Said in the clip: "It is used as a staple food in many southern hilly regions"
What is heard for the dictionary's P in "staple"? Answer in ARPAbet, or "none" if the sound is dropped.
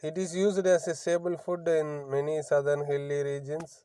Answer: B